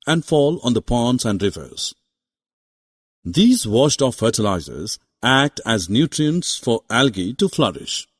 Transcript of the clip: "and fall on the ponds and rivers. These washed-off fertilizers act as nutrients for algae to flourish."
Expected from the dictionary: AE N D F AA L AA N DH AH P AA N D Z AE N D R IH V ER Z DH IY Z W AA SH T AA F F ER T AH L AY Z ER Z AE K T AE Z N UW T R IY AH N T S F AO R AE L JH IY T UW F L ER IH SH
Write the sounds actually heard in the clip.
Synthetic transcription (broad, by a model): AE N D F AA L AA N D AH P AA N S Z AE N D R IH V ER Z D IY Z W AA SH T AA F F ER T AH L AY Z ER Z AE K T AE Z N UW T R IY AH N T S F AO R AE L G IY T UW F L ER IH SH